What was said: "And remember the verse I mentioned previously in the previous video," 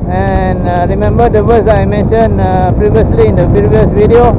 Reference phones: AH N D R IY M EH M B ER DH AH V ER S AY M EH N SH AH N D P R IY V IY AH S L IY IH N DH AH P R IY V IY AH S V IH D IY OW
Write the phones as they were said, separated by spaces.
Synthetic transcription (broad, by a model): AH N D R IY M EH M B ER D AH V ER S AY M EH N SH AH N P R IY V IY AH S L IY IH N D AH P IY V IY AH S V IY D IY OW